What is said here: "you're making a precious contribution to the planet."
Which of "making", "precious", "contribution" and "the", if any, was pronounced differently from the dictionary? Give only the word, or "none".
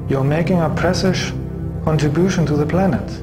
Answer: precious